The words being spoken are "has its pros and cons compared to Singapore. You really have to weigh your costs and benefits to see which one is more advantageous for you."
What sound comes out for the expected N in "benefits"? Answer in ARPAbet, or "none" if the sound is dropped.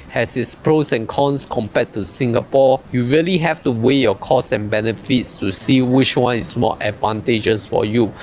N